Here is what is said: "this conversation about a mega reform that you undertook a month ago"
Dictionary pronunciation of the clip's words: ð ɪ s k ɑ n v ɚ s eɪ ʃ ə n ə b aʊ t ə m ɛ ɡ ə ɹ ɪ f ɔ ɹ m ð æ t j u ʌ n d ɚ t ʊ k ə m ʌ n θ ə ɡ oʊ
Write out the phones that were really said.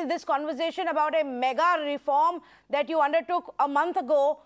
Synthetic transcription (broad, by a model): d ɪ s k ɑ n v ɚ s eɪ ʃ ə n ə b aʊ t ə m ɛ ɡ ə ɹ ɪ f ɔ ɹ m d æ t j u ʌ n d ɚ t ʊ k ə m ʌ n t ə ɡ oʊ